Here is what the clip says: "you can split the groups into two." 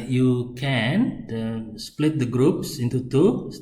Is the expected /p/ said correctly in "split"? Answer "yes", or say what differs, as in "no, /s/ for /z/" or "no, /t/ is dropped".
yes